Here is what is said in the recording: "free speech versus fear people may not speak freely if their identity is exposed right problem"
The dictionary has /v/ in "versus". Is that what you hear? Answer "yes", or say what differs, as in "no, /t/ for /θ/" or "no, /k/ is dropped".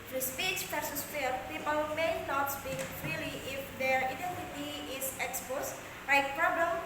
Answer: no, /p/ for /v/